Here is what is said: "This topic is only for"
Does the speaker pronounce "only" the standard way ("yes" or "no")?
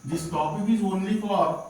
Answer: no